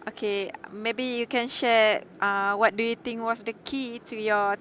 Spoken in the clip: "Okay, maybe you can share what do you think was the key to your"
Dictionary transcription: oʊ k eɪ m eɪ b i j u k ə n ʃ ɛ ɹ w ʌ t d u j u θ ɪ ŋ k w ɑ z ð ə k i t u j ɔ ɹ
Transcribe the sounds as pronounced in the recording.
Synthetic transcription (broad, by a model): oʊ k eɪ m eɪ b i j u k ə n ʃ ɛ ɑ w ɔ t d u j u t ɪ ŋ k w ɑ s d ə k i t u j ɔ